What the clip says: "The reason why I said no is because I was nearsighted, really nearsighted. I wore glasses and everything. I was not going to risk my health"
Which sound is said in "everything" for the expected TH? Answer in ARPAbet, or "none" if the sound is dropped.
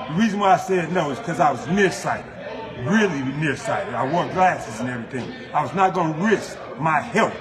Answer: TH